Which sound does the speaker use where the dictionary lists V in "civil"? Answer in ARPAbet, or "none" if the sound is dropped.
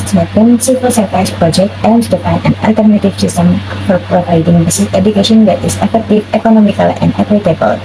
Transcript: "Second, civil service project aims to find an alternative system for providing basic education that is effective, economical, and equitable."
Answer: P